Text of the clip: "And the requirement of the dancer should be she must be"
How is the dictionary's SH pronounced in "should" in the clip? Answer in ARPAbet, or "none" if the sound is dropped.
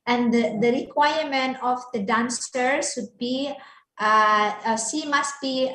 S